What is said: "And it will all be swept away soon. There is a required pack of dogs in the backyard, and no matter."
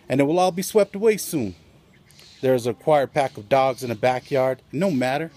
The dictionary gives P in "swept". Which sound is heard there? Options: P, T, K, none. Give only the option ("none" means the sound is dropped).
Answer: P